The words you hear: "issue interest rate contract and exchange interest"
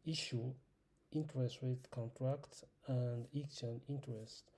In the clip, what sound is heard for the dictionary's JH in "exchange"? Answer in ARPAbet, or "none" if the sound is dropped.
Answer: none